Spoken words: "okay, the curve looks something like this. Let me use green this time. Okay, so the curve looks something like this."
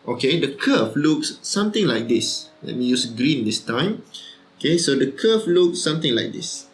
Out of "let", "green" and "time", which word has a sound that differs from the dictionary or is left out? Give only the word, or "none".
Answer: none